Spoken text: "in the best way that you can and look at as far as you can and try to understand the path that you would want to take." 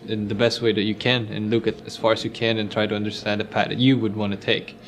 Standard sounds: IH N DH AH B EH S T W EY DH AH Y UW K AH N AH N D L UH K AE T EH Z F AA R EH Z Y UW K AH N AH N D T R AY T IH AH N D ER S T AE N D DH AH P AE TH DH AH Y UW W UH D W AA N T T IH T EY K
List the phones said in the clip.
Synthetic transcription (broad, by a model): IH N DH AH B EH S T W EY DH AH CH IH K AH N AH N L UH K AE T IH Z F AA R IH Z Y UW K AH N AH N T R AY T IH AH N D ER S T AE N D DH AH P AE T DH AH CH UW W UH D W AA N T T IH T EY K